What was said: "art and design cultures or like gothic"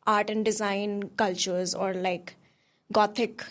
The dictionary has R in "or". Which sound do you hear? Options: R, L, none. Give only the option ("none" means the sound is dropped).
R